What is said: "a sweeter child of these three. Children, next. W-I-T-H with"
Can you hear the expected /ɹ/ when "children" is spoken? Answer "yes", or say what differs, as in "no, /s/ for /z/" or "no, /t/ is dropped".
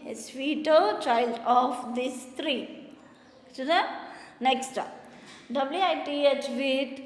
no, /ɹ/ is dropped